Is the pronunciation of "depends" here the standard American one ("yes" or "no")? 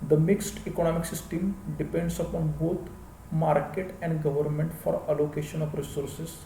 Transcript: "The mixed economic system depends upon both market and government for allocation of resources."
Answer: no